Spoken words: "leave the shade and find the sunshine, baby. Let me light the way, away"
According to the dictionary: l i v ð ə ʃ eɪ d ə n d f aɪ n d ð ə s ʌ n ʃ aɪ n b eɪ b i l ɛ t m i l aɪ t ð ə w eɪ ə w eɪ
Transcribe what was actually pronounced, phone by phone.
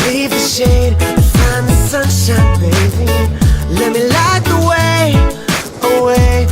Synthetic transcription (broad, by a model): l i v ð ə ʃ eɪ ə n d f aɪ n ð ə s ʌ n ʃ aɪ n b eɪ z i l ɛ t m i l aɪ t ð ə w eɪ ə w eɪ